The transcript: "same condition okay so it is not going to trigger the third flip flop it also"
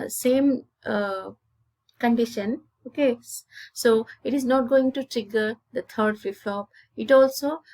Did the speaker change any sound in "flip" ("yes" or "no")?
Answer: yes